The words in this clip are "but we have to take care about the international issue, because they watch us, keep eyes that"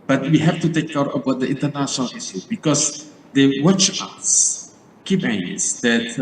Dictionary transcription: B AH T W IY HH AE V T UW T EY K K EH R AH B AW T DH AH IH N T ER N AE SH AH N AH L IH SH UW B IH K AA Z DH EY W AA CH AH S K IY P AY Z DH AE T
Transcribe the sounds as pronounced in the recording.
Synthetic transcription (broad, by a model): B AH T W IY HH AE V T UW T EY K K EH R AH B AW T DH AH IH N T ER N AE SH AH N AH L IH S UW B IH K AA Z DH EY W AA CH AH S K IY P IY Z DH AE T